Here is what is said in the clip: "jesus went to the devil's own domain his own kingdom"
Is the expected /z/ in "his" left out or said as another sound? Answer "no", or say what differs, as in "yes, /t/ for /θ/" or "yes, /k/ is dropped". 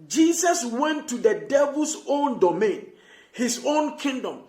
yes, /s/ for /z/